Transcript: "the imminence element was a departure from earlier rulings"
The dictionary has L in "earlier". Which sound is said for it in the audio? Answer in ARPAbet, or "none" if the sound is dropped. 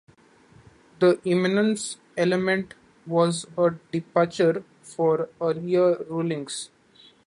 none